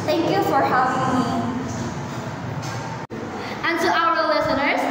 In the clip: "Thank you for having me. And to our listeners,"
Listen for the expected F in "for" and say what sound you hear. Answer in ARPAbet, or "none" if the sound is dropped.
F